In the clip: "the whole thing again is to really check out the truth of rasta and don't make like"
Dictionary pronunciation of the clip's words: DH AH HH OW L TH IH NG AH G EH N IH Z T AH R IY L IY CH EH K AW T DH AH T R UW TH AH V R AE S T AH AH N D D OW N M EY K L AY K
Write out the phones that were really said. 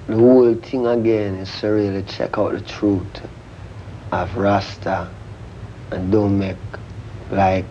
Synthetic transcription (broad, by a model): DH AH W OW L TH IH NG AH G EH N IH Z S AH R IY L IY CH EH K AW T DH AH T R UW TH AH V R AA S T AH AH N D D OW N M EY K L AY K